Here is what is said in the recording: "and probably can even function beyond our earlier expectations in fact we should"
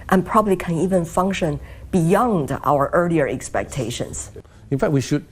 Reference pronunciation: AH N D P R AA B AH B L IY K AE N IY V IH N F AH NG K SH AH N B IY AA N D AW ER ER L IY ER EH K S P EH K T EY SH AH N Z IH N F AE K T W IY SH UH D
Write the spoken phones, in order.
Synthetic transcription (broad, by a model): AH N P R AA B AH B L IY K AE N IY V IH N F AH NG K SH AH N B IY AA N D AW ER ER L IY ER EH K S P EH K T EY SH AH N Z IH N F AE K T W IY SH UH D